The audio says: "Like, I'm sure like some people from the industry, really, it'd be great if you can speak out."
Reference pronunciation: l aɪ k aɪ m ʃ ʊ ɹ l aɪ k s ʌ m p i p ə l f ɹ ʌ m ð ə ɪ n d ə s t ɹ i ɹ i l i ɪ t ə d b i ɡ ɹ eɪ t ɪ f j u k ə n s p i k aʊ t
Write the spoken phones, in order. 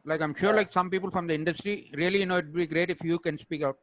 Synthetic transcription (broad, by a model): l aɪ k aɪ m ʃ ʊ ɹ l aɪ k s ʌ m p i p ə l f ɹ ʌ m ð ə ɪ n d ə s t ɹ i ɹ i l i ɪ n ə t b i ɡ ɹ eɪ t ɪ f j u k ə n s p i k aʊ t